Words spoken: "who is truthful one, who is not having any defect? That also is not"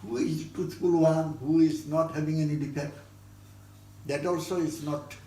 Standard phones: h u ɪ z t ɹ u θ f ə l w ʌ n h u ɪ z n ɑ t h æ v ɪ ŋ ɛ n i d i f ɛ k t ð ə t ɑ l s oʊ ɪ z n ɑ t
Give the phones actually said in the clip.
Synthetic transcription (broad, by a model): h u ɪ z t u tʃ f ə l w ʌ n h u ɪ z n ɑ t h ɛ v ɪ ŋ ɛ n i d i p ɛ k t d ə t ɑ l s oʊ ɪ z n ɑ t